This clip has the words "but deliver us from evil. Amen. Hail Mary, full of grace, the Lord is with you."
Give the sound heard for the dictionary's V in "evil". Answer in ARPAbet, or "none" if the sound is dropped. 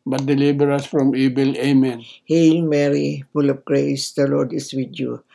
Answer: B